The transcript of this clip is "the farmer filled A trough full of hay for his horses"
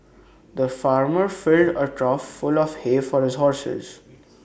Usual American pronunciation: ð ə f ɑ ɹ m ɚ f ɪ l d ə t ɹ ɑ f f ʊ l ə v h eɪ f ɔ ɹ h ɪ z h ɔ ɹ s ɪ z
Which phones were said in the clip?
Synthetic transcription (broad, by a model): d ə f ɑ ɹ m ɚ f ɪ l d ə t ɹ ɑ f f ʊ l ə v h eɪ f ɔ ɹ h ɪ z h ɔ ɹ s ɪ z